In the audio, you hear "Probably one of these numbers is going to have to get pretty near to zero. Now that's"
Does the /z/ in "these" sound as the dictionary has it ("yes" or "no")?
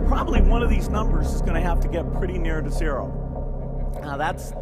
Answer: yes